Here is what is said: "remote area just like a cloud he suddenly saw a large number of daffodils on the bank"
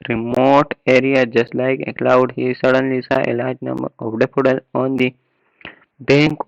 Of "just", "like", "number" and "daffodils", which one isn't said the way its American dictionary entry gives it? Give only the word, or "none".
daffodils